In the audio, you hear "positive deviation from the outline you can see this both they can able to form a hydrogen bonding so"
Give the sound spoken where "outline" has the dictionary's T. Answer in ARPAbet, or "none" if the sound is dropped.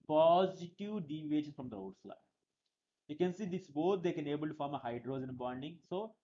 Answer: S